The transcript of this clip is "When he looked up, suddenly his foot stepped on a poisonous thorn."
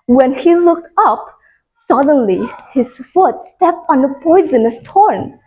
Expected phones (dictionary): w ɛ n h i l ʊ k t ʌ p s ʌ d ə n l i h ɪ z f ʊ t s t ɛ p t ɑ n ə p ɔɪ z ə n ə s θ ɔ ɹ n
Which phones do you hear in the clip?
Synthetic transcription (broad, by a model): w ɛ n h i l ʊ k t ʌ p s ʌ d ə n l i h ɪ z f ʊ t s t ɛ p t ɑ n ə p ɔɪ z ə n ə s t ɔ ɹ n